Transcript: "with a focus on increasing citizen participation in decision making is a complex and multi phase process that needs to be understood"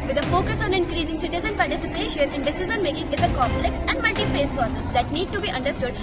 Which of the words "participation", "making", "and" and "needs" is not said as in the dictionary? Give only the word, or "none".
needs